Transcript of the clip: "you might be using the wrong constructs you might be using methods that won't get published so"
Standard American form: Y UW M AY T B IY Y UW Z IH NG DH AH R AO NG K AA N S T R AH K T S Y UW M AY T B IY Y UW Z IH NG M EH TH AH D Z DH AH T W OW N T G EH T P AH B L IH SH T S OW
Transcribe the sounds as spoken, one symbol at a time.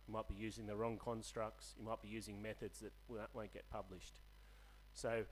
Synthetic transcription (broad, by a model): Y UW M AY T B IY Y UW Z IH NG DH AH R AO NG K AA N S T R AH K T S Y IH M AY T B IY Y UW Z IH NG M EH TH AH D Z DH AH T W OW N G EH T P AH B L IH SH T S OW